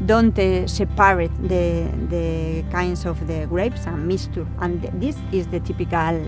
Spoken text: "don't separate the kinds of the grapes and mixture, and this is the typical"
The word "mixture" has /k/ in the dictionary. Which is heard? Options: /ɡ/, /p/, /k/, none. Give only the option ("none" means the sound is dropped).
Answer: none